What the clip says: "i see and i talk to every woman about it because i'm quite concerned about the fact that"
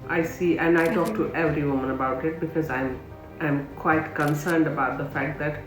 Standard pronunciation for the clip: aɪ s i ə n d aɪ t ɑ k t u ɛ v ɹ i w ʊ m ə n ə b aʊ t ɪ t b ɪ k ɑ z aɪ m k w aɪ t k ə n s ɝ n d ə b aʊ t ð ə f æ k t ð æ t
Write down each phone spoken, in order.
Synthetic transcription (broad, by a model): aɪ s i ə n d aɪ t ɑ k t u ɛ v ɹ i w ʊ m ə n ə b aʊ t ɪ t b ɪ k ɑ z aɪ m k w aɪ t k ə n s ɝ n d ə b aʊ t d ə f æ k t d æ t